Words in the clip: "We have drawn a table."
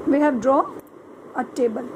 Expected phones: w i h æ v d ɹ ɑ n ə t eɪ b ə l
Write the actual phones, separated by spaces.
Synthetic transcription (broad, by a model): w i h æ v d ɹ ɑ ə t eɪ b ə l